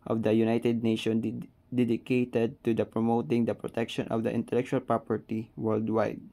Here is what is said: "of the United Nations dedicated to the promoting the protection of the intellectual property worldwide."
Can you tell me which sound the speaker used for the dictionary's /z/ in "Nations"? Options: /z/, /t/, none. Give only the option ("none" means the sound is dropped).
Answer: none